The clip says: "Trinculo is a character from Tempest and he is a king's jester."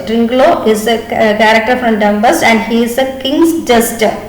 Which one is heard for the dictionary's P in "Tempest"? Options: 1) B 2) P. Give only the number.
1